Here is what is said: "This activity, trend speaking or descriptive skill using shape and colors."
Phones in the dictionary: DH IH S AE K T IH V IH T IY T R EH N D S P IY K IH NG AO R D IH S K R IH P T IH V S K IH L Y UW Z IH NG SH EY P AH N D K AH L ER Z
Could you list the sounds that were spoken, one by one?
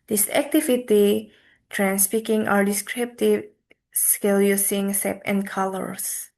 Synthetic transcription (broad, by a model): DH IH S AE K T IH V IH T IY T R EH N S P IY K IH NG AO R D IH S K R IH P T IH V S K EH L Y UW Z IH NG S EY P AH N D K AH L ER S